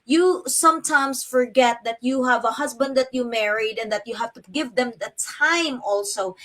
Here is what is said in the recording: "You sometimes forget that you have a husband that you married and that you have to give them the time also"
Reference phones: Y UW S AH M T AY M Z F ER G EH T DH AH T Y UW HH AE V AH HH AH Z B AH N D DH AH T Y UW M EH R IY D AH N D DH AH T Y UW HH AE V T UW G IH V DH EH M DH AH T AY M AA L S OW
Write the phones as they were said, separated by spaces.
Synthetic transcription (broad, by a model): Y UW S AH M T AY M S F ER G EH T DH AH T Y UW HH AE V AH HH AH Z B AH N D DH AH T Y UW M EH R IY D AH N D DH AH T Y UW HH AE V T UW G IH V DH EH M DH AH T AY M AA L S OW